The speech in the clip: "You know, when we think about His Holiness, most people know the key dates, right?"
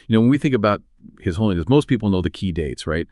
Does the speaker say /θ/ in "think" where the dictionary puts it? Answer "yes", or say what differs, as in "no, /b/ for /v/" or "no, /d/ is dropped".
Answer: yes